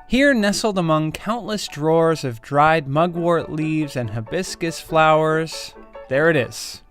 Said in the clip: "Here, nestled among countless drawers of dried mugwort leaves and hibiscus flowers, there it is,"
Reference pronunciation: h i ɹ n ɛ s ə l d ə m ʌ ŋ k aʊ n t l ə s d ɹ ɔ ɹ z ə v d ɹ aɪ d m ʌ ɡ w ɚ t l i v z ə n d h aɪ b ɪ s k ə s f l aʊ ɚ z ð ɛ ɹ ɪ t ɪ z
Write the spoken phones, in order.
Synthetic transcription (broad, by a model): h i ɹ n ɛ s l d ə m ʌ ŋ k aʊ n t l ə s d ɹ ɔ ɹ z ə v d ɹ aɪ d m ʌ ɡ w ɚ t l i v z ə n h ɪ b ɪ s k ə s f l aʊ ɚ z ð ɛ ɹ ɪ t ɪ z